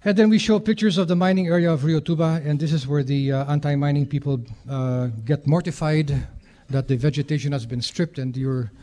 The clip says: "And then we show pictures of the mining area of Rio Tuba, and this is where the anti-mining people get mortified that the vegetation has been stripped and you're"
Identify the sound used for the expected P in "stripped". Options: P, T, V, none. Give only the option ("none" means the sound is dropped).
P